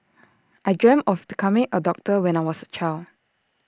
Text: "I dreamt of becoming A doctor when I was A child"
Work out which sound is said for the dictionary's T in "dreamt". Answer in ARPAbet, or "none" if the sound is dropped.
none